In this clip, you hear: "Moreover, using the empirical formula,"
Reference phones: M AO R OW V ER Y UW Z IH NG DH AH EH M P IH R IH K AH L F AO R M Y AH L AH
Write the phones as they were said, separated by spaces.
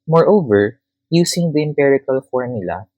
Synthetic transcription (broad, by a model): M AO R OW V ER Y UW S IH NG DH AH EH M P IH R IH K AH L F AO R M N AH L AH